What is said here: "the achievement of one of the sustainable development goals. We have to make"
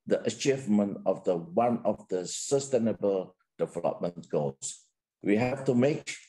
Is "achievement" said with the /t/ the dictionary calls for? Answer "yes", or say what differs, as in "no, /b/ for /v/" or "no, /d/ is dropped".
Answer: yes